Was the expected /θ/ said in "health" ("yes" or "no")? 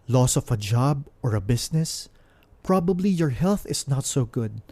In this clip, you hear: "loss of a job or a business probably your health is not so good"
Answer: yes